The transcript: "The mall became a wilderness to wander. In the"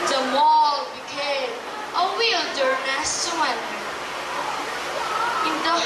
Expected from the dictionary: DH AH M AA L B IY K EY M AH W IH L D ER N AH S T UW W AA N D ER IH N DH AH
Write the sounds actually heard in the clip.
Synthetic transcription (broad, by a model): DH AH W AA L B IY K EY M AH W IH L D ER AH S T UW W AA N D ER IH N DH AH